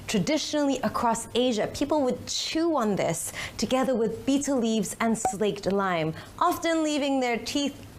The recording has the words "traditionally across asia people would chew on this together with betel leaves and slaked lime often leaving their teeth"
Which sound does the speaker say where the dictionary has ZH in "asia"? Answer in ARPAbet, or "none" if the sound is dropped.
ZH